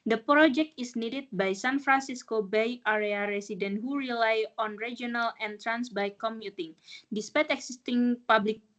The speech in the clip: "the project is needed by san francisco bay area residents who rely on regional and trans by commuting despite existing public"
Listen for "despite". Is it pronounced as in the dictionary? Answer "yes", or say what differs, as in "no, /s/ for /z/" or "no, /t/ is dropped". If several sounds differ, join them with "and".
yes